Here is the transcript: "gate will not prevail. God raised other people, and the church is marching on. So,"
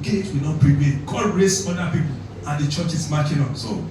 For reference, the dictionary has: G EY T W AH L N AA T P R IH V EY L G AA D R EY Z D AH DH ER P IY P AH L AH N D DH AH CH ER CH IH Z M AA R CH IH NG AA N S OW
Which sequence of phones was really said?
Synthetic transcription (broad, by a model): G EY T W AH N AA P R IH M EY N G AA D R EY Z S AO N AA P IY P AH L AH N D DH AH CH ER CH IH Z M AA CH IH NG AA N S OW